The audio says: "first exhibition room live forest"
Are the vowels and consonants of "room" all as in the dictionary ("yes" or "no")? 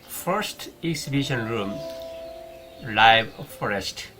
yes